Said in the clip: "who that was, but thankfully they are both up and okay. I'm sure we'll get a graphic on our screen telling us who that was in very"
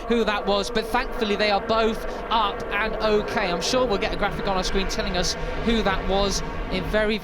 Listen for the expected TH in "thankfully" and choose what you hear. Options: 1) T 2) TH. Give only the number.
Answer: 2